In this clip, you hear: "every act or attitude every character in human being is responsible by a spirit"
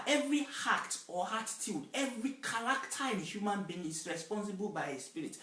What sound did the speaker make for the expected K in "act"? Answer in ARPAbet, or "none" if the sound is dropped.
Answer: none